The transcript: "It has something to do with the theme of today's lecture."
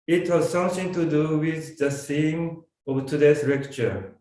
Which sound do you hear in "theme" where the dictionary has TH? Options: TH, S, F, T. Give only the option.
S